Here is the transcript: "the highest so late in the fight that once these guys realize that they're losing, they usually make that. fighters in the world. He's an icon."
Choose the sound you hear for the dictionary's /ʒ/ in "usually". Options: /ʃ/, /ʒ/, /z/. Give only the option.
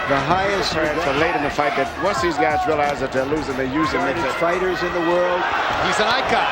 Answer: /z/